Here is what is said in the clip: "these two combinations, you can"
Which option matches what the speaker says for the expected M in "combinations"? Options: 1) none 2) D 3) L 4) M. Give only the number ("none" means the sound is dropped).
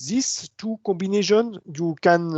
1